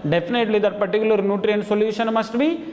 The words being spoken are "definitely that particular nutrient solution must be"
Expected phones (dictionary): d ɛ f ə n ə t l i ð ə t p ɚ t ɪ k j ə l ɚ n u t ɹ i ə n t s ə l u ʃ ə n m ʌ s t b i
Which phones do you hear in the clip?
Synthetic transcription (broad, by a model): d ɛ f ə n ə t l i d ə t p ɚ t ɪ k j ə l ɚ n u t ɹ i ə n t s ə l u ʃ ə n m ʌ s t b i